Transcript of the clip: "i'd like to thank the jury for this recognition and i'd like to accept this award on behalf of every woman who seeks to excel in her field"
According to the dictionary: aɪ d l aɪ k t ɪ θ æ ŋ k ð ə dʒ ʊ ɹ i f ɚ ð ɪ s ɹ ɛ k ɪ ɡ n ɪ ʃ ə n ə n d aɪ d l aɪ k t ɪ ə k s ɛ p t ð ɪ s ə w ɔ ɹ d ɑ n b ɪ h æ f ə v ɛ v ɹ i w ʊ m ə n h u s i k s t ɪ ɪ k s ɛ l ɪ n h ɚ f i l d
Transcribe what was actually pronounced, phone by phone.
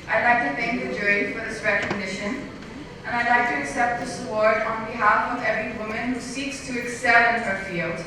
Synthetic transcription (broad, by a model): aɪ d l aɪ k t ɪ θ æ ŋ k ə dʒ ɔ i f ɚ ð ɪ s ɹ ɛ k ɪ ɡ n ɪ ʃ ə n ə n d aɪ d l aɪ k t ɪ ə k s ɛ p t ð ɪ s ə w ɔ ɹ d n b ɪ h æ f ə v ɛ v ɹ i w ʊ m ə n h u s i k s t ɪ ɪ k s ɛ l ɪ n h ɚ f i l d